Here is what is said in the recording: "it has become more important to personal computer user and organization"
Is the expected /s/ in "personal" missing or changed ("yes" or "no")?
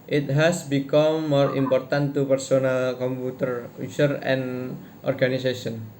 no